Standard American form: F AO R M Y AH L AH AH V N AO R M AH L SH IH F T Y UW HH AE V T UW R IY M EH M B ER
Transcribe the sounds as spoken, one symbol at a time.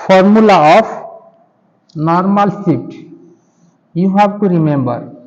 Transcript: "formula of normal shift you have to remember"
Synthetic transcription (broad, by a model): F AO R M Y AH L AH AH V N AO R M AH L S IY T Y UW HH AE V T UW R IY M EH M B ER